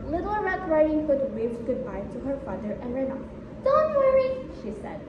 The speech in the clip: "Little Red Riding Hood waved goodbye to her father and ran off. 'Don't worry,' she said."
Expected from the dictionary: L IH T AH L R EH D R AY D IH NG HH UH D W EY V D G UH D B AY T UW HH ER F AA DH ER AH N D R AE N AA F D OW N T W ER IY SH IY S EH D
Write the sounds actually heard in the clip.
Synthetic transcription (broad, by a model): L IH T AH L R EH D R AY D IH NG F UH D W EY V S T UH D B AY T UW HH ER F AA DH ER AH N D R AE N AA P D OW N T W ER IY SH IY S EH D